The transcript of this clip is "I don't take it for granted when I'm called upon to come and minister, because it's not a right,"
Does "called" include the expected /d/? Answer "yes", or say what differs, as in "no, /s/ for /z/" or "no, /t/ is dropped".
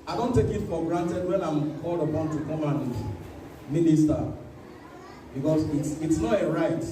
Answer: yes